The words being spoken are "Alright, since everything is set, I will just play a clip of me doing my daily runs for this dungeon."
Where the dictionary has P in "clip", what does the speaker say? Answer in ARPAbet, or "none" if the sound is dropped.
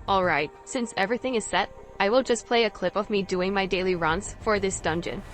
P